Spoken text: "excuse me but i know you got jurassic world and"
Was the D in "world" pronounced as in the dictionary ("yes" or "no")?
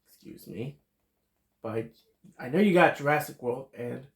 no